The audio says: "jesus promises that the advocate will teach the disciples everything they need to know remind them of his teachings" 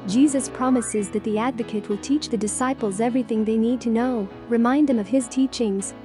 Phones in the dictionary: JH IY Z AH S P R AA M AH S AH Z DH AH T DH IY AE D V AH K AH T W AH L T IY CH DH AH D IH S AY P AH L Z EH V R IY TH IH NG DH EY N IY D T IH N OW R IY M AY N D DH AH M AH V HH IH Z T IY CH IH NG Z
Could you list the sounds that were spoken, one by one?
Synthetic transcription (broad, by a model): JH IY Z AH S P R AA M AH S AH Z DH AH T DH IY AE D V AH K AH T W AH L T IY CH DH AH D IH S AY P L Z EH V R IY TH IH NG DH EY N IY D T IH N OW R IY M AY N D DH AH M AH V IH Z T IY CH IH NG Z